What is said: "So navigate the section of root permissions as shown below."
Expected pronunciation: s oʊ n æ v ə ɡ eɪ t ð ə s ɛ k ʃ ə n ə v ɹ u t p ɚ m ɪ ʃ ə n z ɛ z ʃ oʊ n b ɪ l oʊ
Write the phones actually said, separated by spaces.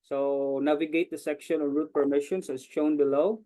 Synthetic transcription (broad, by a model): s oʊ n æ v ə ɡ eɪ t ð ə s ɛ k ʃ ə n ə ɹ u t p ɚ m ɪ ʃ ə n s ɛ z ʃ oʊ n b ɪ l oʊ